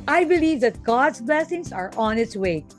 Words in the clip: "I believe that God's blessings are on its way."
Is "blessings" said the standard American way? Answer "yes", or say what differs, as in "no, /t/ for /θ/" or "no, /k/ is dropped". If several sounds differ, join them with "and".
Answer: no, /s/ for /z/